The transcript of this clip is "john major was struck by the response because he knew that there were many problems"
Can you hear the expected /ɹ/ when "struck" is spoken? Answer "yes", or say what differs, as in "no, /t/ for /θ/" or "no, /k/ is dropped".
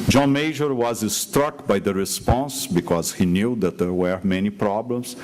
yes